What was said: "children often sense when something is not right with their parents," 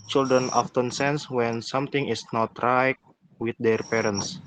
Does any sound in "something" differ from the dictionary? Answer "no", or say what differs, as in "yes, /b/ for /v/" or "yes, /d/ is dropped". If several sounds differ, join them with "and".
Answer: yes, /t/ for /θ/